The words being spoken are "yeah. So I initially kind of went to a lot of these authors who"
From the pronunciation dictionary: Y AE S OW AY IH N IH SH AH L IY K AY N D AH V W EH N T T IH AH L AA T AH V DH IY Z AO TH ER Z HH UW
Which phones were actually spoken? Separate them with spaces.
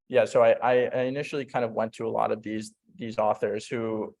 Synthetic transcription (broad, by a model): Y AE S OW AY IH N IH SH L IY K AY N D AH V W EH N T T IH AH L AA T AH V DH IY Z AO TH ER Z HH UW